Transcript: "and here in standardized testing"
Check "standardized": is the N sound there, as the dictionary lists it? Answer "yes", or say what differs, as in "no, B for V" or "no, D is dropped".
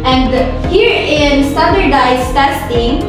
no, N is dropped